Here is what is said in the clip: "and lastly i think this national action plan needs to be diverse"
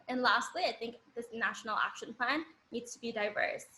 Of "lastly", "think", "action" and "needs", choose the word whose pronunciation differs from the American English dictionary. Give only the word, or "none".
none